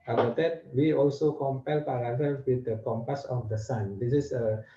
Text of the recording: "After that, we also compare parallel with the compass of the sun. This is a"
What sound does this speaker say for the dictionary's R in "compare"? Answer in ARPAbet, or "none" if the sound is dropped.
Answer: L